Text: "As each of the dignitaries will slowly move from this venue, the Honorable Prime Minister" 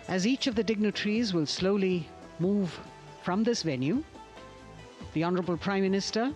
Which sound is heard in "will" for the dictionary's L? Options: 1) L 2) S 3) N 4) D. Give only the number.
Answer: 1